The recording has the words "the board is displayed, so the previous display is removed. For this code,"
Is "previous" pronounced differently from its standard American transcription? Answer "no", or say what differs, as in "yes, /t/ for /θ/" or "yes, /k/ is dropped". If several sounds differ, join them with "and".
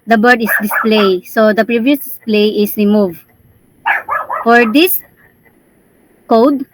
no